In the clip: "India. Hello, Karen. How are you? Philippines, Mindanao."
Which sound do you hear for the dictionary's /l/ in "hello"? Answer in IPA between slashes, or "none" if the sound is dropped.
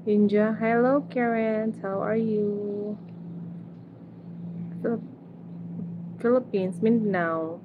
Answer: /l/